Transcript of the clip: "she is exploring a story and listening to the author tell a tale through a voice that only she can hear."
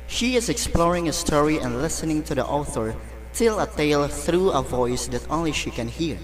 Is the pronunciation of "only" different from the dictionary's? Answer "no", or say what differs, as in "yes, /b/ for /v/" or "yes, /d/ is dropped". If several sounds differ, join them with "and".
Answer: no